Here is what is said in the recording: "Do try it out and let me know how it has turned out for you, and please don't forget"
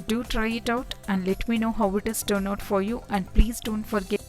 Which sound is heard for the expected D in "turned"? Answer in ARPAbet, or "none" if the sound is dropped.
none